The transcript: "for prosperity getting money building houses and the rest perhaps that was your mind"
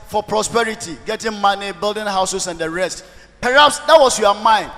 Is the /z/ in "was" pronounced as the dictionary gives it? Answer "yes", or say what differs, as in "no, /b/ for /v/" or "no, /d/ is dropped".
no, /s/ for /z/